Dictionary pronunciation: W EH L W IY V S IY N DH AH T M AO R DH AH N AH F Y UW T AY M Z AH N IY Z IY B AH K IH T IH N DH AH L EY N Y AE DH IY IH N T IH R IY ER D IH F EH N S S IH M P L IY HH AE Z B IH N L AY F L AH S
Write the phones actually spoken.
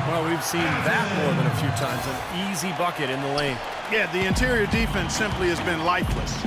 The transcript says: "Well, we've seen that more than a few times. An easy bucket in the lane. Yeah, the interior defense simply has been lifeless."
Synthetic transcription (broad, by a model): W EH L W IY V S IY N DH AH T M AO R DH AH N AH F Y UW T AY M Z AH N IY Z IY B AH K IH T IH N DH AH L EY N Y AE DH IY IH N T IH R IY ER D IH F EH N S S IH M P L IY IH Z B IH N L AY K L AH S